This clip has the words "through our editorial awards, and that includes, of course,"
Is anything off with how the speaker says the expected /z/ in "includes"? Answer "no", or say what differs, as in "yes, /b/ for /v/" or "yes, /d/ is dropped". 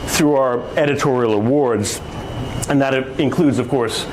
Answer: no